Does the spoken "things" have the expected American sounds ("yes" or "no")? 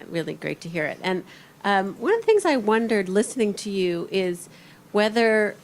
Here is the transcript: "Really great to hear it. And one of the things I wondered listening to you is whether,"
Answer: yes